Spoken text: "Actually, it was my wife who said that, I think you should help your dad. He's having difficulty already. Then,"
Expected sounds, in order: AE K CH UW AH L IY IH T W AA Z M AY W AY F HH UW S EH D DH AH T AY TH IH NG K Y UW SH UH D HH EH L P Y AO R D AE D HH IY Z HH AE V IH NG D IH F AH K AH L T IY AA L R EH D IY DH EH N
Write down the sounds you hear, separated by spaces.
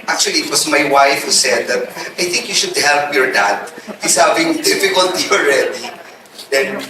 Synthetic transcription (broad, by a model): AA K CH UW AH L IY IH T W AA S M AY W AY F HH UW S EH D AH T AY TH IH NG K Y UW SH UH D HH EH L P Y AO R D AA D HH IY S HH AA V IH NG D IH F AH K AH L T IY AA L R EH D IY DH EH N